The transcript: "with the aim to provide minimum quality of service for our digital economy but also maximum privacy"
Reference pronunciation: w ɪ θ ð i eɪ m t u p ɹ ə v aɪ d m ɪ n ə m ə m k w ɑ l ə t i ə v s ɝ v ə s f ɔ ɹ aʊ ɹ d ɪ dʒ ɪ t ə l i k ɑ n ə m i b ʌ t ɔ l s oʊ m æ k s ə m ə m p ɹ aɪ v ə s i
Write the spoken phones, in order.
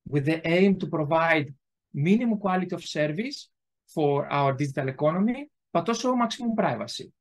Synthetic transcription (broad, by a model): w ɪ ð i eɪ m t u p ɹ ə v aɪ d m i n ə m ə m k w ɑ l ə t i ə f s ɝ v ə s f ɔ ɹ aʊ ɹ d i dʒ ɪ t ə l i k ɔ n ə m i b ʌ t ɔ s oʊ m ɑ k s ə m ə m p ɹ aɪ v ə s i